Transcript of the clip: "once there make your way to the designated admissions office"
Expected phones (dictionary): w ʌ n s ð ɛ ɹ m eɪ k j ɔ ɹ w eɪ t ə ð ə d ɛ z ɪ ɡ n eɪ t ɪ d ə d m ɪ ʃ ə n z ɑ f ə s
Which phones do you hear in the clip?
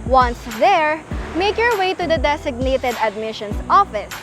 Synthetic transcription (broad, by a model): w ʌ n s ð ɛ ɹ m eɪ k j ɔ ɹ w eɪ t ə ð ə d ɛ s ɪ ɡ n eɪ t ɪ d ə d m ɪ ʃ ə n s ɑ f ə s